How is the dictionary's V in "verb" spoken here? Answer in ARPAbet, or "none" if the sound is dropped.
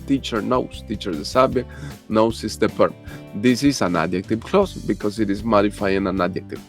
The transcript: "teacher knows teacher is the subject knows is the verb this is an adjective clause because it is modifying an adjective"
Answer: P